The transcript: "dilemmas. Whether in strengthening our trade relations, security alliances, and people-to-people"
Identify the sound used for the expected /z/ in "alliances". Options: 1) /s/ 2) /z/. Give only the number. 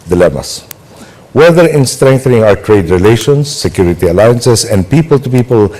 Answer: 1